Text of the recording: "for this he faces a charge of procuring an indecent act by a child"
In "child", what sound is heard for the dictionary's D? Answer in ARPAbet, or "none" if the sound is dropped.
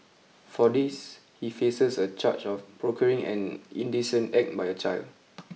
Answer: D